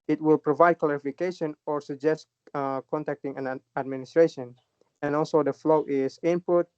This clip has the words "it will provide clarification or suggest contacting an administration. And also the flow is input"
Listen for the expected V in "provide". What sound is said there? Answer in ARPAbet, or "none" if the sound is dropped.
V